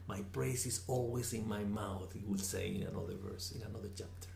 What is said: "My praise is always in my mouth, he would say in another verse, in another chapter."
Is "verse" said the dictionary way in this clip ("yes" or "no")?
yes